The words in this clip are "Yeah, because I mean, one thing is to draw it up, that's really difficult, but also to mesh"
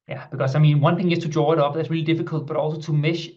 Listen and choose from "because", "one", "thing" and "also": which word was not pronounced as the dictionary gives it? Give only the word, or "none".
because